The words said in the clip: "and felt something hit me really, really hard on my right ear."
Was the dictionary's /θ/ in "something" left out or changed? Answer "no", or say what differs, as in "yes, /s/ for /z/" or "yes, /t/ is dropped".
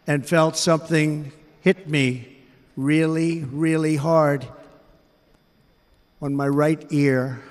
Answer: no